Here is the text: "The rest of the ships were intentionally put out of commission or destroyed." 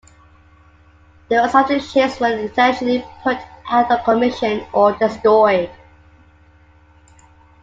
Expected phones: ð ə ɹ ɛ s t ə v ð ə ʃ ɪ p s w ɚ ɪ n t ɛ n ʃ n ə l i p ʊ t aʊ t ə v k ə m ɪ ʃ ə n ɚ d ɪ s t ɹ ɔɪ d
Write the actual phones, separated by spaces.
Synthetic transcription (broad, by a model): ð ə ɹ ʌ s ə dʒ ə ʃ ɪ s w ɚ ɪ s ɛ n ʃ ə l i p ʊ t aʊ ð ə k ə m ɪ ʃ ə n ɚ d ɪ s t ɹ ɔɪ d